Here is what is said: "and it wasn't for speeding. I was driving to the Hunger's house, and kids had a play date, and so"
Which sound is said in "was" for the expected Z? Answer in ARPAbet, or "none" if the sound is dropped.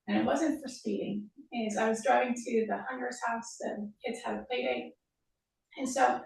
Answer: Z